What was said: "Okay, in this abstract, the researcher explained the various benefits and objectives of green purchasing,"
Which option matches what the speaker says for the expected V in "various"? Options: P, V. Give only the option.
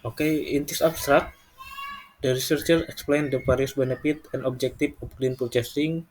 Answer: P